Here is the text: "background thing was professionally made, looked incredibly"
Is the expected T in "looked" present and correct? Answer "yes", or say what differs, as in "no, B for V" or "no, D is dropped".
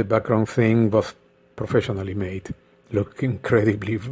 no, T is dropped